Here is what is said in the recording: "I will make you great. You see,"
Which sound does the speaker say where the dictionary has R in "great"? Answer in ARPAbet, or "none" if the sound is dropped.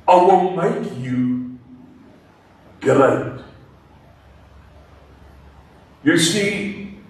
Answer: L